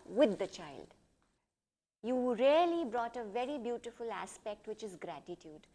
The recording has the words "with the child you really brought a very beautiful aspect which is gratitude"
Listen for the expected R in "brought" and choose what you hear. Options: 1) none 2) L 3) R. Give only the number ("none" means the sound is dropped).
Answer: 3